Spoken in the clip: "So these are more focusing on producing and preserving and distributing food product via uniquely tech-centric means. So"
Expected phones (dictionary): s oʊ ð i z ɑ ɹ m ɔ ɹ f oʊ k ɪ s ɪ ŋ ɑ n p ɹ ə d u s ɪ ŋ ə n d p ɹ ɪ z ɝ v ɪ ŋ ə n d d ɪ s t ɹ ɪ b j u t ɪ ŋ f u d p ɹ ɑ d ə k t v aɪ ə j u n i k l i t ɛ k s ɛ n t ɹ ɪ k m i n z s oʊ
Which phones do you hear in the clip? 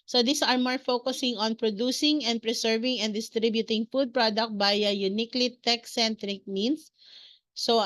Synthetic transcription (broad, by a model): s oʊ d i s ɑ ɹ m ɔ ɹ f oʊ k ɪ s ɪ ŋ ɑ n p ɹ ə d u s ɪ ŋ ə n d p ɹ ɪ s ɝ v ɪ ŋ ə n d d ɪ s t ɹ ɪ b j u t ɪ ŋ f u d p ɹ ɑ d ə k t b aɪ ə j u n i k l i t ɛ k s ɛ n t ɹ ɪ k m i n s s oʊ